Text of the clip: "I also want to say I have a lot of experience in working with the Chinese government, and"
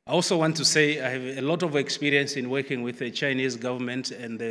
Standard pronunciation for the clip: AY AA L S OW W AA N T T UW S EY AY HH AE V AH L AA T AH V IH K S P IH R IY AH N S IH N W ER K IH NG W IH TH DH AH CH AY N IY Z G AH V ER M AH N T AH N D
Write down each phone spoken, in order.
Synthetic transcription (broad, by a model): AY AA L S OW W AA N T T UW S EY AY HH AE V AH L AA T AH V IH K S P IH R IY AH N S IH N W ER K IH NG W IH DH AH CH AY N IY Z G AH V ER M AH N T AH N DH